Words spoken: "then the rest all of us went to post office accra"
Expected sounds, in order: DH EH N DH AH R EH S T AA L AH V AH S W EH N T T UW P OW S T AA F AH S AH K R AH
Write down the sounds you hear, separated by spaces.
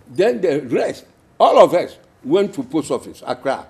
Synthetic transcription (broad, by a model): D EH N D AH R EH S T AA L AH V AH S W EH N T T UW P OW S AA F AH S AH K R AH